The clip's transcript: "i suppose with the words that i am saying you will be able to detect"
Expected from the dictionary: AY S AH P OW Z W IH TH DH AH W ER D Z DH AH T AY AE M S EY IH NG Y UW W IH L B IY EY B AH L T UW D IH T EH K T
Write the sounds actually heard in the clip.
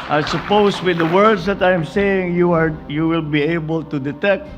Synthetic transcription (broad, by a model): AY S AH P OW S W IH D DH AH W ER D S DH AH T AY M S EY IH NG Y UW W IH L B IY EY B AH L T UW D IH T EH K T